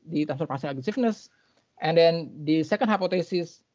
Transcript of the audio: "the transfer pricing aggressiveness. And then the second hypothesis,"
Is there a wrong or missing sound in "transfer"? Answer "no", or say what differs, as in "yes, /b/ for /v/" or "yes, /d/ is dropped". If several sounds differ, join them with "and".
yes, /ɹ/ is dropped